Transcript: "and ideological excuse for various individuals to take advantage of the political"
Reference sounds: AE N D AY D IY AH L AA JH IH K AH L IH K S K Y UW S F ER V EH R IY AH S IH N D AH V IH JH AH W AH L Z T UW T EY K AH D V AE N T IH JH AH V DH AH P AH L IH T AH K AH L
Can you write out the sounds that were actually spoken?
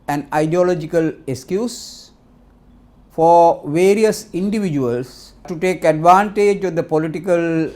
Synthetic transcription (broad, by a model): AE N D AY D IY AH L AA JH IH K AH L IH K S K Y UW S F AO V EH R IY AH S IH N D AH V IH JH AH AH L S T UW T EY K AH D V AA N T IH JH AH V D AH P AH L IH T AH K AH L